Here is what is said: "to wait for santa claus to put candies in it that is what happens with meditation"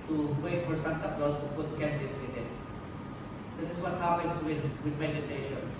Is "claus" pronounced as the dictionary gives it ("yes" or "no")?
no